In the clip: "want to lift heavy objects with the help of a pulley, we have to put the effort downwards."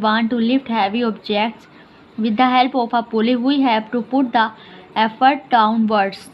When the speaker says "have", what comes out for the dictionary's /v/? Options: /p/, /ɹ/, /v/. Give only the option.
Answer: /p/